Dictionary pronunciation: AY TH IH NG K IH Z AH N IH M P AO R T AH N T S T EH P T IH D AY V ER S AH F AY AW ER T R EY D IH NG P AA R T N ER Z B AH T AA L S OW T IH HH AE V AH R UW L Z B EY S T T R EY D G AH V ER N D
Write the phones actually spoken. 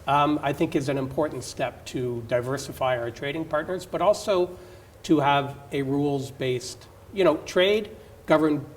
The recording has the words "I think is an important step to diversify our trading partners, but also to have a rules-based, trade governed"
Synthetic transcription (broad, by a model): AY TH IH NG K IH Z AH N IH M P AO R T N T S T EH P T IH D AY V ER S AH F AY AW ER T R EY D IH NG P AA R T N ER Z B AH T AA L S OW T IH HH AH V AH R UW L Z B EY S T T R EY D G AH V ER N